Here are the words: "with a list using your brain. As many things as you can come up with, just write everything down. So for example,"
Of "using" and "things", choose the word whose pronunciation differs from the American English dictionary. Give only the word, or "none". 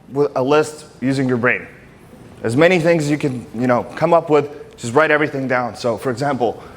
none